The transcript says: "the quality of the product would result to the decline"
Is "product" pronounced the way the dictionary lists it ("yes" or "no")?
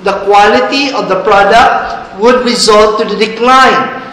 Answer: yes